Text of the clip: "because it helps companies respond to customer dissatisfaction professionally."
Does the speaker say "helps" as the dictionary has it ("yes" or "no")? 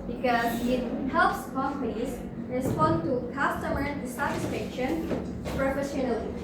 yes